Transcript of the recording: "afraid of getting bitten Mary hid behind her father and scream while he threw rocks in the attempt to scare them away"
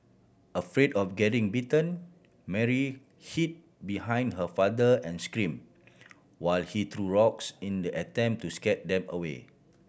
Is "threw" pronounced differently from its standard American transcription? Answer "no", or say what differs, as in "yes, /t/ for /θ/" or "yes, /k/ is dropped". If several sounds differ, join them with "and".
yes, /t/ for /θ/